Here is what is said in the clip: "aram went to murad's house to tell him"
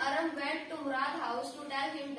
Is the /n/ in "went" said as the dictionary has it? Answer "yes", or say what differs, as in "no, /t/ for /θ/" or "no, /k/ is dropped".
no, /n/ is dropped